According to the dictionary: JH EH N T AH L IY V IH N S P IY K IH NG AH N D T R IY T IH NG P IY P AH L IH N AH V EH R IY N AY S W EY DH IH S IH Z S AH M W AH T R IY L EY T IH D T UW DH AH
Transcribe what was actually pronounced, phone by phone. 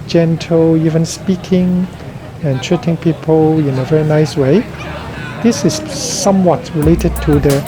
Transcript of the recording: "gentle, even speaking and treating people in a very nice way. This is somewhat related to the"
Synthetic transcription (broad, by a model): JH EH N T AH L IY V IH N S P IY K IH NG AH N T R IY T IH NG P IY P AH L IH N AH V EH R IY N AY S W EY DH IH S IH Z S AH M W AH T R IY L EY T IH D T UW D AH